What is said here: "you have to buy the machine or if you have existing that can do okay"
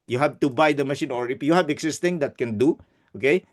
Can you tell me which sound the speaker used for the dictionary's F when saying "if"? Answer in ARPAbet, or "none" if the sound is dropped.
P